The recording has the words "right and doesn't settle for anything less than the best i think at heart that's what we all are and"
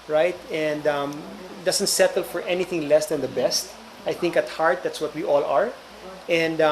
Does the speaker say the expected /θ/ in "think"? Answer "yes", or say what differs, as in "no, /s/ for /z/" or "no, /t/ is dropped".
yes